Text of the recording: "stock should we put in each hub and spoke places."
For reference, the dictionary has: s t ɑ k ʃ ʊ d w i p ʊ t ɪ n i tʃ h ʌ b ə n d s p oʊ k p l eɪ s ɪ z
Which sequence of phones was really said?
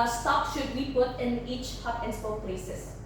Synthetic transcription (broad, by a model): s t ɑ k ʃ ʊ d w i p ʊ t ɪ n i tʃ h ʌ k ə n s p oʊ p l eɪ s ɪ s